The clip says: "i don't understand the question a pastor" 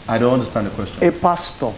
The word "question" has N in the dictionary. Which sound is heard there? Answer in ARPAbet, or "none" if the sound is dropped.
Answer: none